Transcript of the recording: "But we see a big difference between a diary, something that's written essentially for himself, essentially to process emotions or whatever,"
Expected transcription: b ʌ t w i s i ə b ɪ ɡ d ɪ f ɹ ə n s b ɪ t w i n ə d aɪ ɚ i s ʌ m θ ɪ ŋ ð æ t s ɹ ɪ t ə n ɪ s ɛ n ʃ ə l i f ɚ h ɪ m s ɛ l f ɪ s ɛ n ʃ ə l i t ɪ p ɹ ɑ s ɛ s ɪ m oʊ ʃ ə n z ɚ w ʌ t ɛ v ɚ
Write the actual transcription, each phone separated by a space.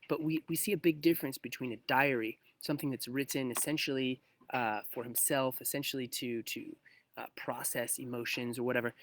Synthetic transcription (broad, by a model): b ʌ t w i s i ə b ɪ ɡ d ɪ f ɹ ə n s b ɪ t w i n ə d aɪ ɚ i s ʌ m θ ɪ ŋ ð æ t s ɹ ɪ t ə n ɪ s ɛ n ʃ l i f ɚ h ɪ m s ɛ l f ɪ s ɛ n ʃ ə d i t ɪ p ɹ ɑ s ɛ s ɪ m oʊ ʃ ə n z ɚ w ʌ t ɛ v ɚ